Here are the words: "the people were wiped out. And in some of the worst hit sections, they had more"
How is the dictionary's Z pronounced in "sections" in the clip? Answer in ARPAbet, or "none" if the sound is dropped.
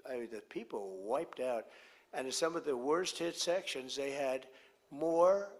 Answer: Z